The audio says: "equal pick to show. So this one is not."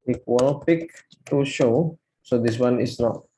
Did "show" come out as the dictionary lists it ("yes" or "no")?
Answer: yes